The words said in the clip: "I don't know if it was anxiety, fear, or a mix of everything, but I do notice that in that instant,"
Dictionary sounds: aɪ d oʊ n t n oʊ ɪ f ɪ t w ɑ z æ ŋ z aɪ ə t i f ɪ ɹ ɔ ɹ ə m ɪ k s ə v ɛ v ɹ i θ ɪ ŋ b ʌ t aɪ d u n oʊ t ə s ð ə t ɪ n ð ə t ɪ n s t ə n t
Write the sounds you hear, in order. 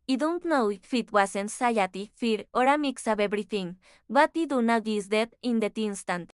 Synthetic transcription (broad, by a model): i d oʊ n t n oʊ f ɪ t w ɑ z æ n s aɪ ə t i f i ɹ ɔ ɹ ə m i k s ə b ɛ b ɹ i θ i ŋ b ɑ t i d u n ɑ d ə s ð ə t ɪ n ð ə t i n s t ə n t